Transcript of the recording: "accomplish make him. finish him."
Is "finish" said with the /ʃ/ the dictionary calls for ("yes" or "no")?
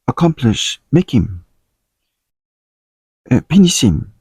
no